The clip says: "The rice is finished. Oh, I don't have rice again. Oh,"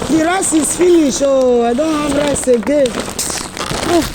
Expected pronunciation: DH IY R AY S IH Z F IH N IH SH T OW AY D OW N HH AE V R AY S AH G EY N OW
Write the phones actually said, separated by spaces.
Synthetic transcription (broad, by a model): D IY R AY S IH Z F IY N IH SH OW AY D OW N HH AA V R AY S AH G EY OW